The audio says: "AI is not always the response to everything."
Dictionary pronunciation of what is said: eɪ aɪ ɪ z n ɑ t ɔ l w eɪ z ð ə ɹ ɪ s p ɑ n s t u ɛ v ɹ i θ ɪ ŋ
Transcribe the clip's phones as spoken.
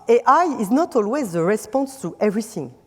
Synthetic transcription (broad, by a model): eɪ aɪ ɪ z n ɑ t ɔ l w eɪ z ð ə ɹ ɪ s p ɑ n s t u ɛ v ɹ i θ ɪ ŋ